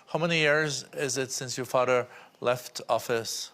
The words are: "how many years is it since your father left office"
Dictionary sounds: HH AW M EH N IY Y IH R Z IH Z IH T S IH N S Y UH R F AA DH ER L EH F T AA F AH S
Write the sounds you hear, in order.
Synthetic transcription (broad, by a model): HH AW M EH N IY Y IH R Z IH Z IH T S IH N S Y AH R F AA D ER L EH F T AA F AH S